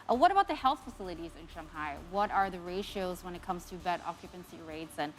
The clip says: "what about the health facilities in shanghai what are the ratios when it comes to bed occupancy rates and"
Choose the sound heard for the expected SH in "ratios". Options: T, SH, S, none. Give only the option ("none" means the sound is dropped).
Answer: SH